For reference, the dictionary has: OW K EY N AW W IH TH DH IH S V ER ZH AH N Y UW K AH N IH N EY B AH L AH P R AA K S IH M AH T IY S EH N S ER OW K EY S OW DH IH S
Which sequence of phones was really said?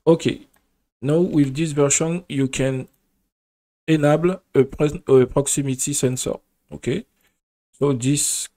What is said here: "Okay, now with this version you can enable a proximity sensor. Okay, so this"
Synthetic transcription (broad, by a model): OW K EY N AW W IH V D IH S V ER SH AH N Y UW K AH N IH N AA B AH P AH P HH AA K S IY M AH T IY S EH N S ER OW K EY S OW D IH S